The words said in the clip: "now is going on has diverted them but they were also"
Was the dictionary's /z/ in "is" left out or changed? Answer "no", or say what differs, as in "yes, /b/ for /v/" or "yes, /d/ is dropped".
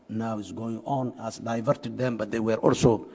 yes, /s/ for /z/